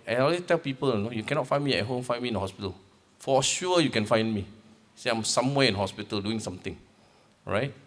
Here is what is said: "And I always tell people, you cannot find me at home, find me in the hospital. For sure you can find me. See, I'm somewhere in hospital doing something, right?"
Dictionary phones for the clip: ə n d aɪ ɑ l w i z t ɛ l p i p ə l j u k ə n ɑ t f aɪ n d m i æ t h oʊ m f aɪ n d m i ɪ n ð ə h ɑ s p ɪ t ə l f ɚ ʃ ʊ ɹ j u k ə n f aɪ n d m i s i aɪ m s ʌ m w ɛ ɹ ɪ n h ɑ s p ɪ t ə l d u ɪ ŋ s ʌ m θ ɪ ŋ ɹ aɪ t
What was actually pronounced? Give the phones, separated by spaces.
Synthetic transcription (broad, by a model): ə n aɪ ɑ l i t ɛ l p i p ə l j u k ə n ɑ t f aɪ n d m i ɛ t h oʊ m f aɪ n m i n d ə h ɑ s p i t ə l f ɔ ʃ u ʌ j u k ə n f aɪ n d m i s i aɪ m s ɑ m w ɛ ɪ n h ɑ s p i t ə l d u ɪ ŋ s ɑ m t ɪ ŋ ɹ aɪ t